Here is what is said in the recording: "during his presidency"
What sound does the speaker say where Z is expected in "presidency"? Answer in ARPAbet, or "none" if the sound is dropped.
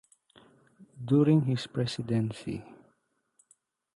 S